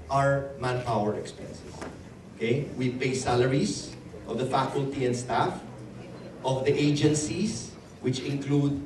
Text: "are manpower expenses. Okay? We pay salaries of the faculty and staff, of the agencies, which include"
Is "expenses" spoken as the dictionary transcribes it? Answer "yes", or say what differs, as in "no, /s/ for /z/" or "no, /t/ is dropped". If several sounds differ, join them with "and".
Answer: no, /s/ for /z/